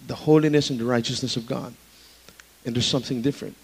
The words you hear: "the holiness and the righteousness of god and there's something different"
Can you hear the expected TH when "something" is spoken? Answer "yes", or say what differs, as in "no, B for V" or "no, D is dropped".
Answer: yes